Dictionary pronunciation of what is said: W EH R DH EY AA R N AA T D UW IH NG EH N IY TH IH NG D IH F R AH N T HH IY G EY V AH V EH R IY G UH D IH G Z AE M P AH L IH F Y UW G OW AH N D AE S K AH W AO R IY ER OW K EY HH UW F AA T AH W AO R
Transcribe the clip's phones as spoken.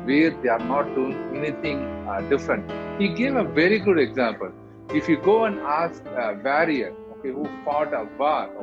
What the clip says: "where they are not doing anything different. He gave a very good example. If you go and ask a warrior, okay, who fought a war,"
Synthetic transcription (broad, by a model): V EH R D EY AA R N AA T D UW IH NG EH N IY T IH NG D IH F R AH N T HH IY G EY V AH V EH R IY G UH D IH G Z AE M P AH L IH F Y UW G OW AH N D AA S K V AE R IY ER OW K EY HH UW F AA T AH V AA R